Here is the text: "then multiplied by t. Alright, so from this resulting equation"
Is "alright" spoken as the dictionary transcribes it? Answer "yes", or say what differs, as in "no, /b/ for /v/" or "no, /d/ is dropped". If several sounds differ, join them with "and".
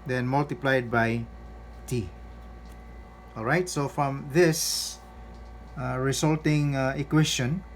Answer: yes